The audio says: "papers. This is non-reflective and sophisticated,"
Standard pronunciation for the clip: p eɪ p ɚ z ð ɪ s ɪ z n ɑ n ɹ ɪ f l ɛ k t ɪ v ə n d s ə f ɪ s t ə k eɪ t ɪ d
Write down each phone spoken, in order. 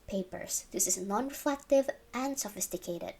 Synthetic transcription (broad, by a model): p eɪ p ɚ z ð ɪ s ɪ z n ɑ n ɹ ɪ f l ɛ k t ɪ v ə n d s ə f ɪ s t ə k eɪ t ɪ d